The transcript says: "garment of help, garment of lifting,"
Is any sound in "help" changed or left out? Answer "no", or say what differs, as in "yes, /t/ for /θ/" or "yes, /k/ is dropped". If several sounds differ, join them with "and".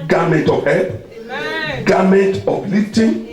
yes, /l/ is dropped